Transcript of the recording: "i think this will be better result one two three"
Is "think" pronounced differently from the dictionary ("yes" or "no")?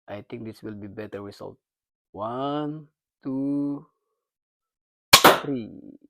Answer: yes